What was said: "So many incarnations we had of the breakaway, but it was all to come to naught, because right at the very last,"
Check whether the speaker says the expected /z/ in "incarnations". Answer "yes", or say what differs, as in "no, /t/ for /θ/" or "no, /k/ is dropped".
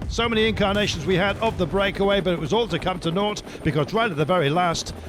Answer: yes